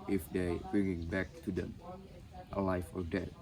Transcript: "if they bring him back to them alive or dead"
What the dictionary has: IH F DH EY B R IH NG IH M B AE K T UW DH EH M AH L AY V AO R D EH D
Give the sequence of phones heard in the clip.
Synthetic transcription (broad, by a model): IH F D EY B R IH NG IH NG B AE K T UW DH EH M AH L AY F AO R D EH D